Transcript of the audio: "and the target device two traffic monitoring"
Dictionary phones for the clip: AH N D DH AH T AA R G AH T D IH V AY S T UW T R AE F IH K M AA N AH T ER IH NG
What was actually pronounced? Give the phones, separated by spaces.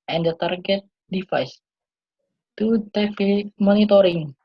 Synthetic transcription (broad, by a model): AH N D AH T AA R G AH T D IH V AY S T UW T EH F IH M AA N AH T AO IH NG